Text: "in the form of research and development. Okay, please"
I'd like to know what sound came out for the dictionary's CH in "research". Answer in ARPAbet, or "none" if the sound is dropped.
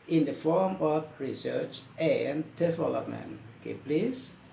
CH